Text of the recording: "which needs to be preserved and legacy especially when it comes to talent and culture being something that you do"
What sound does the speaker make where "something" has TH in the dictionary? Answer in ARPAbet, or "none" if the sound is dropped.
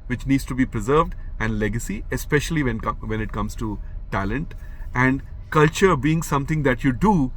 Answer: T